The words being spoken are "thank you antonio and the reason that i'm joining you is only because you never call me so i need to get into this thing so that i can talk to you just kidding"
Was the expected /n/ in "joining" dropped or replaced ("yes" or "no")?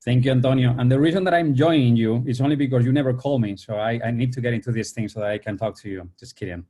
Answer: yes